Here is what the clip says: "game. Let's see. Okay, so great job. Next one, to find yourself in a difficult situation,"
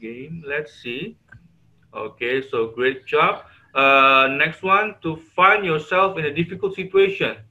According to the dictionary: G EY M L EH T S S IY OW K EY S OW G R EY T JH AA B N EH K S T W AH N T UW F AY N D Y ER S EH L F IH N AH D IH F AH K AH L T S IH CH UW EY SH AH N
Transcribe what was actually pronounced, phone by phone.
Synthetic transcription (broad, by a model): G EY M L EH T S S IY OW K EY S OW G R EY T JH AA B N EH K S T W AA N T UW F AY N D Y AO S EH L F IH N AH D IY F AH K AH L T S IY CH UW EY SH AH N